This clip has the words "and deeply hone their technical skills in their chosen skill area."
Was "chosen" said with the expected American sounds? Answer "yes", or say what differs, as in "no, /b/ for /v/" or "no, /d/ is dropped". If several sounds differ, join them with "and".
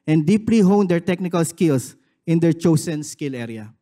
no, /s/ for /z/